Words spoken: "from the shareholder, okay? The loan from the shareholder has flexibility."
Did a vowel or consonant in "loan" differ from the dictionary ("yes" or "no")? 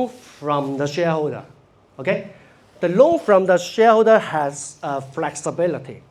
no